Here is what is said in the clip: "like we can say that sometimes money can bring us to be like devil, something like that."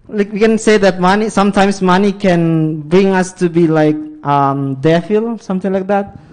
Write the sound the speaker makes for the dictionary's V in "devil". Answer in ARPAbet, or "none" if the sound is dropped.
F